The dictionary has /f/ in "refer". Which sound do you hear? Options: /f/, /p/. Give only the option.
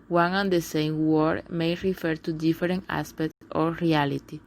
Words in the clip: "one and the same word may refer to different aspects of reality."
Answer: /f/